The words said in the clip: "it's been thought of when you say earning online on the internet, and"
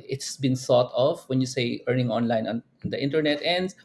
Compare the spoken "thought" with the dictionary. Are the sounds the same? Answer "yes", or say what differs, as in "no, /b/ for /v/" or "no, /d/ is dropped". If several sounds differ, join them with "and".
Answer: no, /s/ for /θ/